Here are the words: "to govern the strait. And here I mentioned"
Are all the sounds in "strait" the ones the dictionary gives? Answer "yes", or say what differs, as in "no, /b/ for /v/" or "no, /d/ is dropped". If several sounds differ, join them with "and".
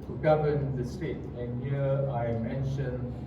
no, /ɹ/ is dropped